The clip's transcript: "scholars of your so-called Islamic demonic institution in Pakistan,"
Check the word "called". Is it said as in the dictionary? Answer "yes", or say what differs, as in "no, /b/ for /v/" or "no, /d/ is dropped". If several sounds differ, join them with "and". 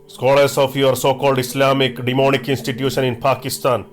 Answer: yes